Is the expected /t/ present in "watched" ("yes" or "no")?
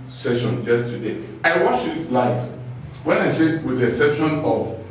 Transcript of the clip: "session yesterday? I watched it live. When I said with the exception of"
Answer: no